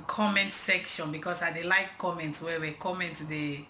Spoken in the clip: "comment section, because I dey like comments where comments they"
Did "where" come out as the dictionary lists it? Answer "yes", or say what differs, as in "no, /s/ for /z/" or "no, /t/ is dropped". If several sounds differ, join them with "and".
no, /w/ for /ɹ/